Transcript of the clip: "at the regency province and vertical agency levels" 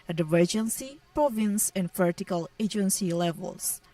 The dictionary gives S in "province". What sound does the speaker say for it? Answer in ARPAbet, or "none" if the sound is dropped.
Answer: S